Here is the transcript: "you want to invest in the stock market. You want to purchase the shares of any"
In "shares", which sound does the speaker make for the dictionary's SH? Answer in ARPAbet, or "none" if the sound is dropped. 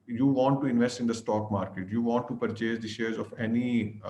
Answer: SH